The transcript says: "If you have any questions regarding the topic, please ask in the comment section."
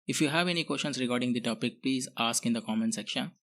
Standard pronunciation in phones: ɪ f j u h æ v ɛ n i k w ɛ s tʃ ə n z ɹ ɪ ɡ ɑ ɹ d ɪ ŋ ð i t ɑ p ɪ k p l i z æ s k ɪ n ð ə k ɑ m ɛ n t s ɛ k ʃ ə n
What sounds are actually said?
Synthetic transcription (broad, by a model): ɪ f j u h æ v ɛ n i k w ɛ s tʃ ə n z ɹ ɪ ɡ ɑ ɹ d ɪ ŋ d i t ɑ p ɪ k p l i z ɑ s k ɪ n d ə k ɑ m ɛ n s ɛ k ʃ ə n